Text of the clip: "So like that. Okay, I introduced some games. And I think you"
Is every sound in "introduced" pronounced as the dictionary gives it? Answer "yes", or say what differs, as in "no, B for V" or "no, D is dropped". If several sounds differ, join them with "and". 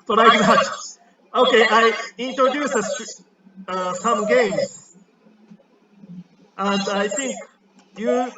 no, R is dropped